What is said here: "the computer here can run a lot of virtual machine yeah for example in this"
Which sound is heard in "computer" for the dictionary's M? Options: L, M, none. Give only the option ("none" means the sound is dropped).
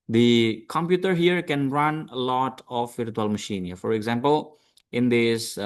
M